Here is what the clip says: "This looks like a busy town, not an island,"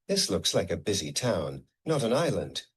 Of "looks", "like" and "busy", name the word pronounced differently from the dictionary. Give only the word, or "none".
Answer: none